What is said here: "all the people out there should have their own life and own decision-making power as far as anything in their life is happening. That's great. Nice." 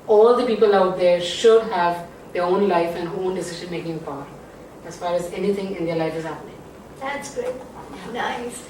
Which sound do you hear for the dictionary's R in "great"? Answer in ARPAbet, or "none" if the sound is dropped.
none